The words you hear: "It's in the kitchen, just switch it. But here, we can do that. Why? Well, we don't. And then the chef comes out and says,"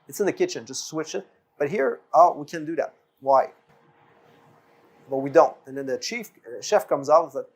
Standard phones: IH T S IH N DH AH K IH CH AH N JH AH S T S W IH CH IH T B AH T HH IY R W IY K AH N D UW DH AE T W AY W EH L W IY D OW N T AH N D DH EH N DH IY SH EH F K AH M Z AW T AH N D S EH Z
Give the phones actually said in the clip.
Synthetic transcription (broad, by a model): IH T S IH N DH AH K IH CH AH N JH AH S T S W IH CH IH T B AH T HH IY R W IY K AH N D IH DH AE T W AY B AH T W IY D OW N T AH N DH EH N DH IY SH EH F K AH M Z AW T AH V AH